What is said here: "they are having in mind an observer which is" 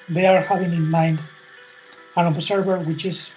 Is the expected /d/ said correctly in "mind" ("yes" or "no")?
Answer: yes